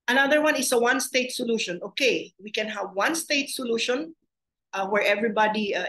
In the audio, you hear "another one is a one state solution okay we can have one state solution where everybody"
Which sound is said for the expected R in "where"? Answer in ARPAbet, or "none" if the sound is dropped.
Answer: R